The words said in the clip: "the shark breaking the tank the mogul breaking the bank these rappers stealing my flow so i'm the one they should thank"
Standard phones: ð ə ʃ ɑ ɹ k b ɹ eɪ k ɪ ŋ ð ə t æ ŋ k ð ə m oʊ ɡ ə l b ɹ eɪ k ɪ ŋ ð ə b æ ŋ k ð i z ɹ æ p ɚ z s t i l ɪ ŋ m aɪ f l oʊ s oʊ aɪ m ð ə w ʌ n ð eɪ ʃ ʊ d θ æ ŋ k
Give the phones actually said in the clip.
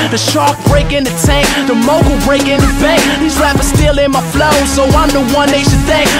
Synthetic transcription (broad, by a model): ð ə ʃ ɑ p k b ɹ eɪ k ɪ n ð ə t æ ŋ k ð ə m oʊ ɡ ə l b ɹ eɪ k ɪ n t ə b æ k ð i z l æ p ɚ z s t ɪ l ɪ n m aɪ f l oʊ s oʊ aɪ m ð ə w ʌ n ð eɪ ʃ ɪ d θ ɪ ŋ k